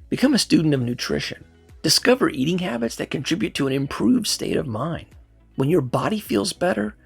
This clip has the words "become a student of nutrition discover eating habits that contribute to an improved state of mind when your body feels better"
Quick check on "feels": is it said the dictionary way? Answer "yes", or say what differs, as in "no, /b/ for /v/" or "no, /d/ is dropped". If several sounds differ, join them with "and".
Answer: yes